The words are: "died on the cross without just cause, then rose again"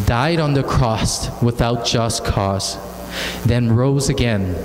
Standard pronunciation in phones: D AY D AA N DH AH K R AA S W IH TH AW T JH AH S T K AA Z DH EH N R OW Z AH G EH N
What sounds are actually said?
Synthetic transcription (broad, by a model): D AY D N DH AH K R AA S W IH TH AW T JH AH S K AA Z DH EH N R OW Z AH G EH N